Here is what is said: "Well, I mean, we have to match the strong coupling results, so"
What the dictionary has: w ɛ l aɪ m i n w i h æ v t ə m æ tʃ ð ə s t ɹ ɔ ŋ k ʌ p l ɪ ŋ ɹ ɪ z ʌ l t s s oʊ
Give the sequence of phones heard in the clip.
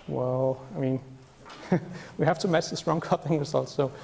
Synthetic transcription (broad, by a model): w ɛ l aɪ m i n w i h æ f t ə m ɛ s ð ə s t ɹ ɔ ŋ k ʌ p ɪ ŋ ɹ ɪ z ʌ l t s s oʊ